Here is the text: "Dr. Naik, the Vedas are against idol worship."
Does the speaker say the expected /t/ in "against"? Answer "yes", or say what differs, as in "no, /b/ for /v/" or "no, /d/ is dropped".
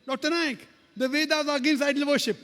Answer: no, /t/ is dropped